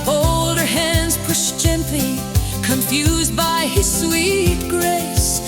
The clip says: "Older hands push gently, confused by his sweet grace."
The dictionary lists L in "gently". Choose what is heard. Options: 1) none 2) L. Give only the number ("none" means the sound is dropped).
1